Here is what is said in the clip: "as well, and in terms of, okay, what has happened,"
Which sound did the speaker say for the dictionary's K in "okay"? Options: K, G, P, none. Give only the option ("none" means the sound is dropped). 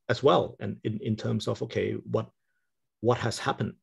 K